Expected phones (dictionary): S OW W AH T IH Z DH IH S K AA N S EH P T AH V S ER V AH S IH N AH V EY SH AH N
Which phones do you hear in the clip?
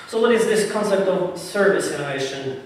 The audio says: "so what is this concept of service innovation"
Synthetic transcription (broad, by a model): S OW W AH T IH Z DH IH S K AA N S EH P T AH V S ER V AH S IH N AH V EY SH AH N